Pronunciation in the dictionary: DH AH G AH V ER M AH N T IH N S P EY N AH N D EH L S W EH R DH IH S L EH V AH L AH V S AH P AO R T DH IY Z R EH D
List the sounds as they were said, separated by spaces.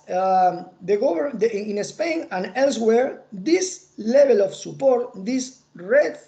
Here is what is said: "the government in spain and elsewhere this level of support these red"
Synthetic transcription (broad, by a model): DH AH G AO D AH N IH S P EY N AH N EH L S W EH R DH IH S L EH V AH L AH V S AH P AO R T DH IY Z R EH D